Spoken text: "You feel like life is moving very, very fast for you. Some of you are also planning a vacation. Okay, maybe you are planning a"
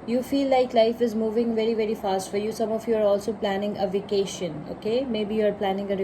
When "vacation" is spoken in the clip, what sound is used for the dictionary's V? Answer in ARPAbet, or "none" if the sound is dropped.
V